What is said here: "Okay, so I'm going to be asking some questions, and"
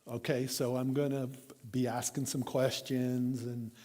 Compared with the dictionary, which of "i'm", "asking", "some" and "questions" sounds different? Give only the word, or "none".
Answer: none